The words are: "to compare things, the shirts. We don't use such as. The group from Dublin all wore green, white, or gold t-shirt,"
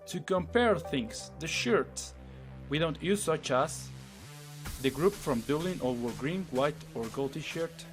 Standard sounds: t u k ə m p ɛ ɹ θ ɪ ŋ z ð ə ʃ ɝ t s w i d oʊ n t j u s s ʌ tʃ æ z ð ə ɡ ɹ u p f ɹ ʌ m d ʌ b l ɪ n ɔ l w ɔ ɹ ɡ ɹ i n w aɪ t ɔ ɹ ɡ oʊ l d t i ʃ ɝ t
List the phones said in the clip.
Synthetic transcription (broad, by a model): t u k ə m p ɛ ɹ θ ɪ ŋ s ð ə ʃ ɝ t s w i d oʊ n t j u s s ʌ tʃ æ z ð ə ɡ ɹ u p f ɹ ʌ m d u l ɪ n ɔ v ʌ ɹ ɡ ɹ i n w aɪ t ɔ ɹ ɡ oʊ l t i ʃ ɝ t